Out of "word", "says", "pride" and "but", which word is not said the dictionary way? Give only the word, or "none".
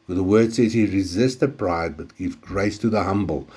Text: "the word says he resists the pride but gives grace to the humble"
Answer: none